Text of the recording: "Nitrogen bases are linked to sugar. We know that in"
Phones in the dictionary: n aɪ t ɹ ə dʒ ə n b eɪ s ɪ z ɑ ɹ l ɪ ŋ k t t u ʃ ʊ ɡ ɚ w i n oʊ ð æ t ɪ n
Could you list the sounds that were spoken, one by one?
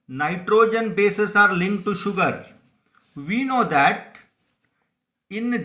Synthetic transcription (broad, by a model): n aɪ t ɹ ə dʒ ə n b eɪ s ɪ s ɑ ɹ l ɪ ŋ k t t u ʃ ʊ ɡ ɚ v i n oʊ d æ t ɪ n